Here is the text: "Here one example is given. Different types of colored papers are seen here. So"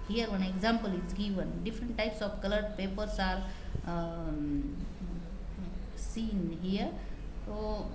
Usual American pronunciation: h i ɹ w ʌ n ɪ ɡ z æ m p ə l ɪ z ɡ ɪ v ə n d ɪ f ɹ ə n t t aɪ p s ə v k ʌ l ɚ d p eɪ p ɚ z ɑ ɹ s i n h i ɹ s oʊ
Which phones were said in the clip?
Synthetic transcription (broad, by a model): h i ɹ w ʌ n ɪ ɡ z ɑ m p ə l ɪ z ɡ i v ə n d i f ɹ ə n t t aɪ p s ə b k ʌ l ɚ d p eɪ p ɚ s ɑ ɹ s i n h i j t oʊ